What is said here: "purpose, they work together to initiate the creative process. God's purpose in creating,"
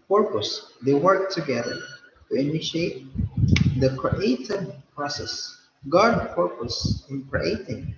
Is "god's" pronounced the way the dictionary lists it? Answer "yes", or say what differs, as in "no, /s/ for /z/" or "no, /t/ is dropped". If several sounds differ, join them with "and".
no, /z/ is dropped